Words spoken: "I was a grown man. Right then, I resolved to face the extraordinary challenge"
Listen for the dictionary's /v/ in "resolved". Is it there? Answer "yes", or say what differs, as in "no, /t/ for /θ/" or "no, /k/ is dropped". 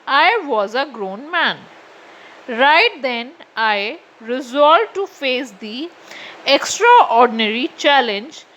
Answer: no, /v/ is dropped